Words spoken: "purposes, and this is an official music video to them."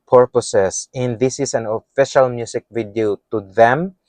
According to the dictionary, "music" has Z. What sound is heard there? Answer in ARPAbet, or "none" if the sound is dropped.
S